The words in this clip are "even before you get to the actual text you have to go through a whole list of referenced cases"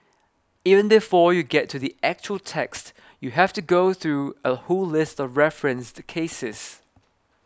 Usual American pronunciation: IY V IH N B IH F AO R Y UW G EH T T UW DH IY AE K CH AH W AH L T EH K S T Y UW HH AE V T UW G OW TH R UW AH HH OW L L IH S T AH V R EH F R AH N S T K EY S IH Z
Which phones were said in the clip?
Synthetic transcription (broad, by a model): IY V IH N B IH F AO Y UW G EH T T UW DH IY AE K CH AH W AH L T EH K S T Y UW HH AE F T UW G OW TH R UW AH HH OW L L IH S T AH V R EH F R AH N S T K EY S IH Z